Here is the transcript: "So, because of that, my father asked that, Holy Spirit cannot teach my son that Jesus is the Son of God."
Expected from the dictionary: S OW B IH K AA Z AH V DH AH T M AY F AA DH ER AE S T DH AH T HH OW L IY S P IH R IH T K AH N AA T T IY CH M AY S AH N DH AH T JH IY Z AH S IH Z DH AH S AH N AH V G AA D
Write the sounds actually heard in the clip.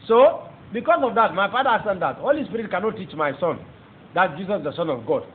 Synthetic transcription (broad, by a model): S OW B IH K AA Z AH V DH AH T M AY P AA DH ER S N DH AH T HH OW L IY S P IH R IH T K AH N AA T T IY CH M AY S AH N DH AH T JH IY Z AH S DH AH S AH N AH V G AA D